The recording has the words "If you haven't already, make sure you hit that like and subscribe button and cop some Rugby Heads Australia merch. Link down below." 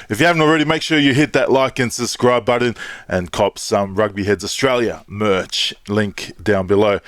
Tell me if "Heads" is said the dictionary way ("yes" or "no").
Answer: yes